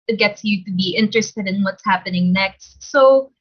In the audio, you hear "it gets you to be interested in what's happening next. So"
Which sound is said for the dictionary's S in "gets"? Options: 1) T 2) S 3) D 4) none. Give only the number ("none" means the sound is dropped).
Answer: 2